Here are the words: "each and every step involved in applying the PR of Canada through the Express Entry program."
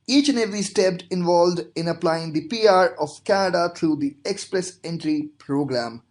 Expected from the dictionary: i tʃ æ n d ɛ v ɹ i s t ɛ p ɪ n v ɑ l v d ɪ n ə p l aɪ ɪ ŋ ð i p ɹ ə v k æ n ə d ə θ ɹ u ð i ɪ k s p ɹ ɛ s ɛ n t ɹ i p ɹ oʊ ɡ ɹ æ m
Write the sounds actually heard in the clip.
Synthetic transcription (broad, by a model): i tʃ n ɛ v i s t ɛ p ɪ n v ɑ l v d ɪ n ə p l aɪ ɪ ŋ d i p ɹ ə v k æ n ə d ə t ɹ u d i ɪ k s p ɹ ɛ s ɛ n t ɹ i p ɹ oʊ ɡ ɹ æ m